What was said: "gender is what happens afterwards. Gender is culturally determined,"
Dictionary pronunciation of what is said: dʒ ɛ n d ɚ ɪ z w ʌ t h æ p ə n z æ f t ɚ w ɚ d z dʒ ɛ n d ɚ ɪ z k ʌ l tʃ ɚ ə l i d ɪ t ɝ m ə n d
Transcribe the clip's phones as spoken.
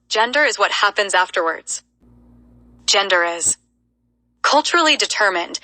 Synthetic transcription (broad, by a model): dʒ ɛ n d ɚ ɪ z w ʌ t h æ p ə n z æ f t ɚ w ɚ d z dʒ ɛ n d ɚ ɪ z k ʌ l tʃ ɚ l i d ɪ t ɝ m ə n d